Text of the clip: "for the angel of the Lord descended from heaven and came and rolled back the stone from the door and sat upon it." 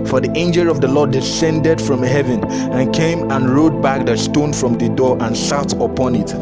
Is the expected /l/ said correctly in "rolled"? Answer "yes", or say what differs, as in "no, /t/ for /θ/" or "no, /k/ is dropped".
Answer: no, /l/ is dropped